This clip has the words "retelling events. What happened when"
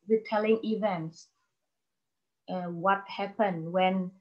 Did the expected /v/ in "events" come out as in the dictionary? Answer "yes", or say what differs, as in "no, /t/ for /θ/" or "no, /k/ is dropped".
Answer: yes